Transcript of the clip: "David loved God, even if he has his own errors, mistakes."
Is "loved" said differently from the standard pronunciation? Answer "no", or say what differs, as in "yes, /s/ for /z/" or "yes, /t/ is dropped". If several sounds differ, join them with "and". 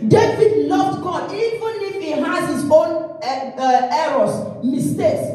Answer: yes, /n/ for /l/